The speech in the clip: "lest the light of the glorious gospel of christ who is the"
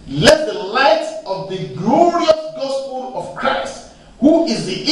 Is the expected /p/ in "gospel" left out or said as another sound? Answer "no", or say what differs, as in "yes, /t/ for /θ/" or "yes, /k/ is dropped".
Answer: no